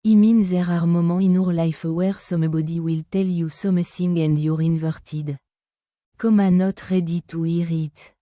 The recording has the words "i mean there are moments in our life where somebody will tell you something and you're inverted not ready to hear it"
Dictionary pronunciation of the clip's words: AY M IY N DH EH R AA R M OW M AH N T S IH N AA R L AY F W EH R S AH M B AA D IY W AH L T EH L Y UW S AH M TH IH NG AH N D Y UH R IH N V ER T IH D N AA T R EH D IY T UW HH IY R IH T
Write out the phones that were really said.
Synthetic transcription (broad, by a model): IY M IY N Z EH R AA R M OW M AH IH N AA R L AY F W EH R S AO M B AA D IY W AH L T EH L Y UW S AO M S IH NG AH N D Y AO R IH N V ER T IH D N AA T R EH D IY T UW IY R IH T